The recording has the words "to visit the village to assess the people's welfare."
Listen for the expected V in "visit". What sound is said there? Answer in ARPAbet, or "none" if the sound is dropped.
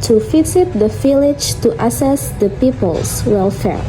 F